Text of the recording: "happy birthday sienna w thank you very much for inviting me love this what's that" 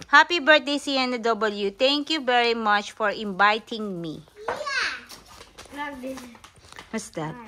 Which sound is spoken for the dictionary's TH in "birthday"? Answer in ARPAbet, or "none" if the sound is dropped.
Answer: T